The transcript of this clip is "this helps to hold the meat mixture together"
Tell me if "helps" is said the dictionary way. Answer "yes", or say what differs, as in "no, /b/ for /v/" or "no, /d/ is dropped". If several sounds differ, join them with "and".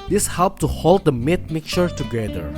no, /s/ is dropped